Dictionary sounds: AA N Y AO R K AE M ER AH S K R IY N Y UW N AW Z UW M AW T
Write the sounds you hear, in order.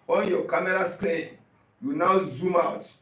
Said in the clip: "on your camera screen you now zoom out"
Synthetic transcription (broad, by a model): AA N Y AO K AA M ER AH S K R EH Y UW N AW Z UW M AW T